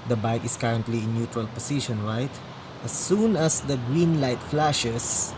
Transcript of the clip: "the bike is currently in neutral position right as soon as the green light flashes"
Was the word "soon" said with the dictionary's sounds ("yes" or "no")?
yes